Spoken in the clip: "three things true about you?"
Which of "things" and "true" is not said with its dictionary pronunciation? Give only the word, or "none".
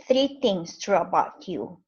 things